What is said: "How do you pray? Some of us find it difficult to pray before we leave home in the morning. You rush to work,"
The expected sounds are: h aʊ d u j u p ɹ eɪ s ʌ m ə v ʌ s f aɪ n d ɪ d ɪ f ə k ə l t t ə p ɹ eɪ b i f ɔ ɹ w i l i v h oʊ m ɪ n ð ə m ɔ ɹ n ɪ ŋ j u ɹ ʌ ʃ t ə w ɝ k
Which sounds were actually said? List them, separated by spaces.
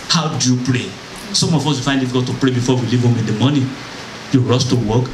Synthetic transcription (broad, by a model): h aʊ d u j u p ɹ eɪ s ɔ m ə f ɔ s f aɪ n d ɪ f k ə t t ə p ɹ eɪ b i f ɔ w i l i v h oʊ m ɪ n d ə m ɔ n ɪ j u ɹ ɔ s t ə w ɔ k